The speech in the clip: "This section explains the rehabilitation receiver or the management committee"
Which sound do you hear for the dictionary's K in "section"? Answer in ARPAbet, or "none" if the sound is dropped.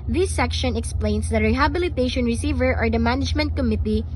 K